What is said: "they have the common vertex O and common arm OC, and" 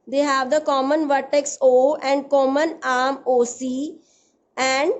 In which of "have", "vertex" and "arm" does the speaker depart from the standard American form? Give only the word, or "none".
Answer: none